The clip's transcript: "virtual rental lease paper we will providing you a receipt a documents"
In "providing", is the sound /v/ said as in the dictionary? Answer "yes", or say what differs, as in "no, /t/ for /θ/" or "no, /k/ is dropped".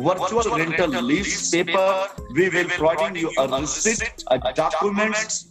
no, /v/ is dropped